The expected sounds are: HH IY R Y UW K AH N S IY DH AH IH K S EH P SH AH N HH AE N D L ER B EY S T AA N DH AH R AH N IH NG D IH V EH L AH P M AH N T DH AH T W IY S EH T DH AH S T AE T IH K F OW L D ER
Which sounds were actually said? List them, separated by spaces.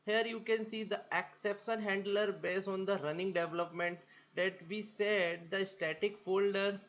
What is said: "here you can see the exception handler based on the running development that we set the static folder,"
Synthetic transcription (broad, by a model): HH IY R Y UW K AH N S IY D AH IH K S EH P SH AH N HH AE N D L ER B EY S AA N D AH R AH N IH NG D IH V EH L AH P M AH N T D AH T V IY S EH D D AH S T AE T IH K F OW L D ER